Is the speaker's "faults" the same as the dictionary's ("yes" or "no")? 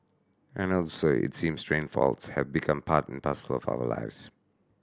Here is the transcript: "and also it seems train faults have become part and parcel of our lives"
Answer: yes